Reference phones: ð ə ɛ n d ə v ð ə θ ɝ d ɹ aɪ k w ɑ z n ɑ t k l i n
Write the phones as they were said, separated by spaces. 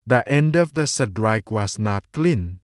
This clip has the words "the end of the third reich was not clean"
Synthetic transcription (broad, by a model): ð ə ɛ n d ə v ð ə s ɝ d ɹ aɪ k w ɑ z n ɑ t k l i n